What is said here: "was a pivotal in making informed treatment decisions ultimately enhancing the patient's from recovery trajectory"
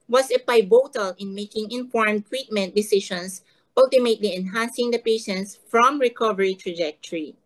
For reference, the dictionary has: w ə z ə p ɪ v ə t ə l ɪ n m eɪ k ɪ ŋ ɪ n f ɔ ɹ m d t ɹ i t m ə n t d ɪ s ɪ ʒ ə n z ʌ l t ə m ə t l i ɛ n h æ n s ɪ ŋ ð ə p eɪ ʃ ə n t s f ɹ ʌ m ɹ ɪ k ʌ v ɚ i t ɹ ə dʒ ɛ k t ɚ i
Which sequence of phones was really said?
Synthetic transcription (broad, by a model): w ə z ə b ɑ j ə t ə l ɪ n m eɪ k ɪ ŋ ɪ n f ɔ ɹ m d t w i t m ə n t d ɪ s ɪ ʃ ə n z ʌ l t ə m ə t l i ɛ n h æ n s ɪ ŋ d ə p eɪ ʃ ə n t s f ɹ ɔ m ɹ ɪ k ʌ v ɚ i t ɹ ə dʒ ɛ k t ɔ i